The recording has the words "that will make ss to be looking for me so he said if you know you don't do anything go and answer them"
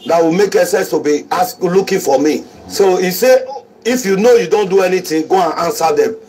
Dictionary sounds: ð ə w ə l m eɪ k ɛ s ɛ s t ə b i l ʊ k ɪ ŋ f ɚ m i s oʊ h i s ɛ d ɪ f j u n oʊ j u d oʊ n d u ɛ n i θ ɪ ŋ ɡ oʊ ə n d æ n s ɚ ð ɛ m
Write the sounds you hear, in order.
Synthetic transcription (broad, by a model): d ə w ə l m eɪ k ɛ s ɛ s t ə b i l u k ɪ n f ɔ m i s oʊ i s ɛ ɪ f j u n oʊ j u d oʊ n d u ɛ n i t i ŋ ɡ oʊ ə n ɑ n s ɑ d ɛ m